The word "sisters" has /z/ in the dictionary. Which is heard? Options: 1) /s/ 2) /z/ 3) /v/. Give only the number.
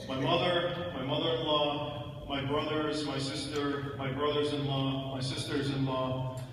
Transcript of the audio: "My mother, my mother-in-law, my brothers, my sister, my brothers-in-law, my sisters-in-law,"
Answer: 2